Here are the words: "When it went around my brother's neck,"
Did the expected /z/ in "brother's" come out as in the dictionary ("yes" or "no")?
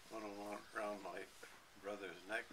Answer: yes